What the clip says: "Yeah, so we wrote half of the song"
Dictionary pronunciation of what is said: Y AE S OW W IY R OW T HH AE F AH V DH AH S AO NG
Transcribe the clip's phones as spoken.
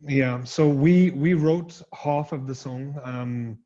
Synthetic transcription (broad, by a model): Y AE S OW W IY R OW T HH AE F AH V DH AH S AO NG